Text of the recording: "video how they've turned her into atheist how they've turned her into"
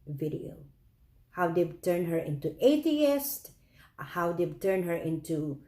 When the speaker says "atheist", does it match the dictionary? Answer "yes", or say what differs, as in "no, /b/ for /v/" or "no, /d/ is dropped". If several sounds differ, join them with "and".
no, /t/ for /θ/